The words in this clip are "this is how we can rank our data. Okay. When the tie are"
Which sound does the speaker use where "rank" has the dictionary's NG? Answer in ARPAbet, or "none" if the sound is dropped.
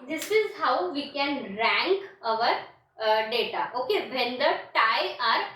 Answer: NG